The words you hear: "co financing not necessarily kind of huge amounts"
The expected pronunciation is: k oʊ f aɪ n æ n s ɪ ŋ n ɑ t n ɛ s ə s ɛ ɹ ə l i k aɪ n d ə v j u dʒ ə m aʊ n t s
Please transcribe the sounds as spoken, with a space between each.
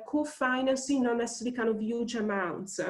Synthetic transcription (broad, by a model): k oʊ f aɪ n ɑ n s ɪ n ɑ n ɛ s s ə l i k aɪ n ə v j u dʒ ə m aʊ n t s